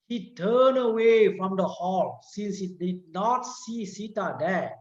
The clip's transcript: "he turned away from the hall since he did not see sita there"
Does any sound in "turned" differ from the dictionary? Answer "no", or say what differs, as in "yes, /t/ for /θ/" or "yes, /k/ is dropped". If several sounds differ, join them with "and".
yes, /d/ is dropped